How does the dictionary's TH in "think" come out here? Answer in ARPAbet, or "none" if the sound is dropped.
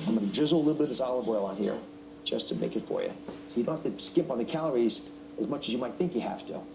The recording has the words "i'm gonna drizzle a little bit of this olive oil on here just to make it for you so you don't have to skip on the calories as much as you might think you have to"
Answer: TH